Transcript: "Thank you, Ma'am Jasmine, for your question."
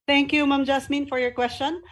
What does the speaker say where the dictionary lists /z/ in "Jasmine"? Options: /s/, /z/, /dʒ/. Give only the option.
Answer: /s/